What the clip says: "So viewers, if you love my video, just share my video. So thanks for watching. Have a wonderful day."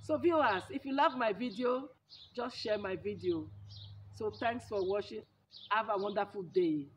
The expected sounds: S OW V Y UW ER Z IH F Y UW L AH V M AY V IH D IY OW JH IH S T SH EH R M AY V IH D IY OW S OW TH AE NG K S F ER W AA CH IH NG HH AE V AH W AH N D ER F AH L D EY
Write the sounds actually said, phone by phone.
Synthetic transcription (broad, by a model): S OW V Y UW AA S IH F Y UW L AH V M AY V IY D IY OW JH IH S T SH EH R M AY V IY D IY OW S OW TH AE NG K S F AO W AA SH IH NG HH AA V AH W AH N D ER F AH L D EY